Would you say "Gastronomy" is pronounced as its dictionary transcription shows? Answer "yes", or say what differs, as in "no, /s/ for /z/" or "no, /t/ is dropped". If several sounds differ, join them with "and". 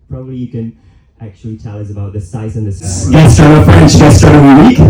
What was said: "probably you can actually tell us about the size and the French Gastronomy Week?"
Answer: no, /ɹ/ is dropped